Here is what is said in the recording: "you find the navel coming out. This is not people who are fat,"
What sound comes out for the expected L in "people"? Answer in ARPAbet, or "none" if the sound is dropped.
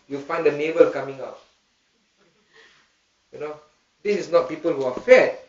L